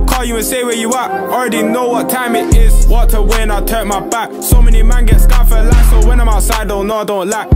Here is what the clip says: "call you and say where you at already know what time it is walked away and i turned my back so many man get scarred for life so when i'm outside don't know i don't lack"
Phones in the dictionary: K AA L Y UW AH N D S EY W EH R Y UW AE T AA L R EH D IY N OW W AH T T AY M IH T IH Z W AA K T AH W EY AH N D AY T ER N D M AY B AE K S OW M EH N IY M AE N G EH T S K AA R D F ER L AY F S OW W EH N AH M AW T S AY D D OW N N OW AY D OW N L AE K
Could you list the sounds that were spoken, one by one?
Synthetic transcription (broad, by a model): K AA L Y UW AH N S EY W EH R Y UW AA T AA L R EH D IY N OW W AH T T AY M IH T IH Z W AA T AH W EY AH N AY T ER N M AY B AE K S OW M EH N IY M AE N G EH T S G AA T F ER L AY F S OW W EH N AH M AW T S AY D D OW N N OW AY D OW N L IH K